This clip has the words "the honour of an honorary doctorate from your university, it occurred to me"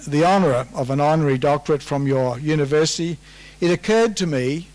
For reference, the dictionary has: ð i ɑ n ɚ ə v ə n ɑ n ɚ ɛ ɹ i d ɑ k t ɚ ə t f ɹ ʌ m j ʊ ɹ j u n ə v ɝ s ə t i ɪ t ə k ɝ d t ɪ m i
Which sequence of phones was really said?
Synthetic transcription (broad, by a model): ð i ɑ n ɚ ə v ə n ɑ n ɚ ɹ i d ɑ k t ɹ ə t f ɹ ʌ m j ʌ ɹ j u n ə v ɝ s ə t i ɪ t ə k ɝ d t ɪ m i